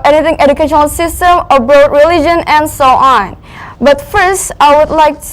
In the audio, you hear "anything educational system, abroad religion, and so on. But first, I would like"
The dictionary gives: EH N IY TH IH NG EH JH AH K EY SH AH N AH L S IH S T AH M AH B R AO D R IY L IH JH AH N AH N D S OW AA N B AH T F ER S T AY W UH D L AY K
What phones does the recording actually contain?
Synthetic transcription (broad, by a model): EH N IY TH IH NG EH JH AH K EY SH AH N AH L S IH S T AH M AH B R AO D R IY L IH JH AH N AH N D S OW AA N B AH T F ER S T AY W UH D L AY K